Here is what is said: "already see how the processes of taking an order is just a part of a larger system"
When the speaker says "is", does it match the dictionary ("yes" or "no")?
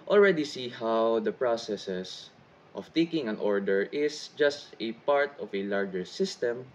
no